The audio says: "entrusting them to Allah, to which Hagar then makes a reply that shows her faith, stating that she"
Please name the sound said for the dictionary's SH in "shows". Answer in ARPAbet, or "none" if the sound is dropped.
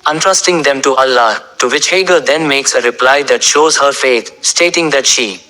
SH